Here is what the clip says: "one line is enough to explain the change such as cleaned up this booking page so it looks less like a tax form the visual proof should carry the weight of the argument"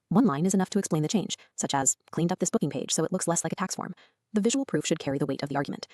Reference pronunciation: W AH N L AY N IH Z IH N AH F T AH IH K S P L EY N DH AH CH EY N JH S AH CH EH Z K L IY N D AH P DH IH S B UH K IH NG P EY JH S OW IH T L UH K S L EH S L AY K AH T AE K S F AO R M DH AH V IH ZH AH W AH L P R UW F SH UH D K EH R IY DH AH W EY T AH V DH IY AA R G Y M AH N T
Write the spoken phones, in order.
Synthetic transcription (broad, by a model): W AH N L AY N IH Z IH N AH F T AH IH K S P L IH N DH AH CH EY N ZH S AH CH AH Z K L IY N D AH P DH IH S B UH K IH NG P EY ZH S OW IH T L UH K S L EH S L AY K AH T AE K S F AO R M DH AH V IH ZH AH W L P R UW F SH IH D K EH R IY DH AH W EY T AH V DH IY AA R G Y M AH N T